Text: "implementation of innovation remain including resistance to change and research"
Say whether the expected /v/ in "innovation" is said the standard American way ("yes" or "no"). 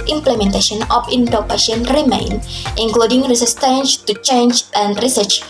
no